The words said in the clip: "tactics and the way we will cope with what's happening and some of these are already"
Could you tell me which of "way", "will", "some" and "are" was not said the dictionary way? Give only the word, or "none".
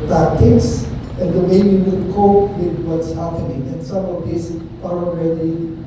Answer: will